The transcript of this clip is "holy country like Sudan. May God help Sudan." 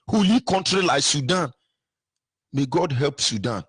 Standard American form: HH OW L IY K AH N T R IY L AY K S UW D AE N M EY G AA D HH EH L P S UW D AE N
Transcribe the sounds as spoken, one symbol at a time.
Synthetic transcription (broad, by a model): HH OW L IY K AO N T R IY L AY K S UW D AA N M EY G AA D HH EH L P S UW D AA N